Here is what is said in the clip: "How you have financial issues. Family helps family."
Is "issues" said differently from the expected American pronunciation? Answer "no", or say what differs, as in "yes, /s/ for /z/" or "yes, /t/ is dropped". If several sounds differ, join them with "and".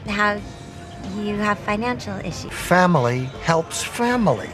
yes, /z/ is dropped